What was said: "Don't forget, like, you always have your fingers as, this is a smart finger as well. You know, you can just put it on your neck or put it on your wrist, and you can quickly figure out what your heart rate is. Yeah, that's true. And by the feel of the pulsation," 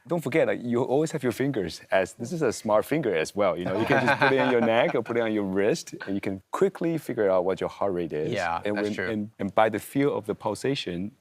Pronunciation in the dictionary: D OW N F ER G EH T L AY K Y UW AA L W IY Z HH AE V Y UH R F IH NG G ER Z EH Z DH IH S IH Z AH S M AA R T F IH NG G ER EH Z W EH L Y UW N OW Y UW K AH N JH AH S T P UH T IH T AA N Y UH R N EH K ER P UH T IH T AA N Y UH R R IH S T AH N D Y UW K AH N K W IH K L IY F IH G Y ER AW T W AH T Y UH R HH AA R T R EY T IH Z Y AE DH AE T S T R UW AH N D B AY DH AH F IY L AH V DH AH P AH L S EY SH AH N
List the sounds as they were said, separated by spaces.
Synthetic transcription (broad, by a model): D OW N F ER G EH T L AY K Y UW AA L W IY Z HH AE V Y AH R F IH NG G ER Z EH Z DH IH S IH Z AH S M AA R T F IH NG G ER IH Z W EH L Y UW N OW Y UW K AH N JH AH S P UH T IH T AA N Y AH R N EH K ER P UH T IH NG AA N Y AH R R IH S T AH N Y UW K AH N K W IH K L IY F IH G Y ER AW T W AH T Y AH R HH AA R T R EY T IH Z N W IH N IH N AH N B AY DH AH F IY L AH V DH AH P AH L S EY SH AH N